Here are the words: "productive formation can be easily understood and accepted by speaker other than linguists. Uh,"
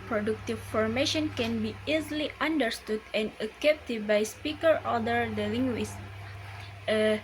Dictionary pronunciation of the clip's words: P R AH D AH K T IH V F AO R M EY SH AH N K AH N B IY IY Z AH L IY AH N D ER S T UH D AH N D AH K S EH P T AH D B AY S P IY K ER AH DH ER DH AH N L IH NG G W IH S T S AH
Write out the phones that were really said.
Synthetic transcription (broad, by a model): P R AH D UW K T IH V F AO R M EY SH AH N K AH N B IY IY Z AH L IY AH N D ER S T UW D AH N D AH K EH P T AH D B AY S P IY K ER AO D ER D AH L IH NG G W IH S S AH